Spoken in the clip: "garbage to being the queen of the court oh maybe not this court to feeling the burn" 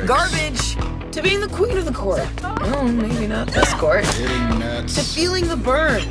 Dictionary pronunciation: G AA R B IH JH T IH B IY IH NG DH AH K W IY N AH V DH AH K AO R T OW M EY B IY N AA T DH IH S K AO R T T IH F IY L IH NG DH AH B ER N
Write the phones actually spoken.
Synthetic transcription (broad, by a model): G AA R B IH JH T IH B IY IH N DH AH K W IY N AH V DH AH K AO R T OW M EY B IY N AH T DH IH S K AO R T T IH F IY L IH NG DH AH B ER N